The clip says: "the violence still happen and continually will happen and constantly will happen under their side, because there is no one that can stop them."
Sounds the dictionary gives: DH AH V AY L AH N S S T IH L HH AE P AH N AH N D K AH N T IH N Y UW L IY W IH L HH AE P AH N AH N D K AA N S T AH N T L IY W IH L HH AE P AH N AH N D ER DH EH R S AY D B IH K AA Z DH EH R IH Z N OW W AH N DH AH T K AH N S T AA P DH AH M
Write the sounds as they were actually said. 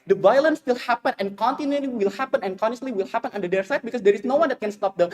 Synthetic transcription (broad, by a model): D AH V AY L AH N S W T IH L HH AE P AH N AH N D K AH N T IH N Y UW L IY W IH L HH AE P AH N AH N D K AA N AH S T L IY W IH L HH AE P AH N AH N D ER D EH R S AY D B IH K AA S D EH R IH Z N OW W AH N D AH T K AH N S T AA P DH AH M